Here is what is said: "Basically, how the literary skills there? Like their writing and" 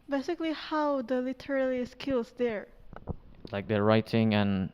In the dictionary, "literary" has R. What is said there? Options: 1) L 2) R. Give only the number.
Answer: 1